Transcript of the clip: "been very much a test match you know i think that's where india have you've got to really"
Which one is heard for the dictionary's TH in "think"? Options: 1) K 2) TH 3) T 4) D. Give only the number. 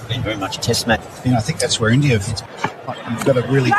2